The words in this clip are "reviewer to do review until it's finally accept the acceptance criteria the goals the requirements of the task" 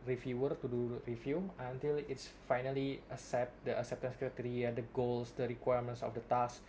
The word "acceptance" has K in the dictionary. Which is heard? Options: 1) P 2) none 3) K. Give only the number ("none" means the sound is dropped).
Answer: 3